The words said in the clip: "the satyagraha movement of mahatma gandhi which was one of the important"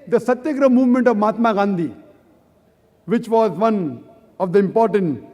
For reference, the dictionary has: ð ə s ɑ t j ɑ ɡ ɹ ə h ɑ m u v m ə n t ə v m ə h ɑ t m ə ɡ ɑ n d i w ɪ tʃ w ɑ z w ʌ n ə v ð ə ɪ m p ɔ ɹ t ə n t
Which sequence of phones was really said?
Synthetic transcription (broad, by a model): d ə s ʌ t j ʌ ɡ ɹ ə m u v m ə n t ə v m ɑ t m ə ɡ ɑ n d i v ɪ tʃ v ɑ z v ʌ n ə v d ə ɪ m p ɔ ɹ t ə n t